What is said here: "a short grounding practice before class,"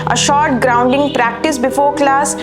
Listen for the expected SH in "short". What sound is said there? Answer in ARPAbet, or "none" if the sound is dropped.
SH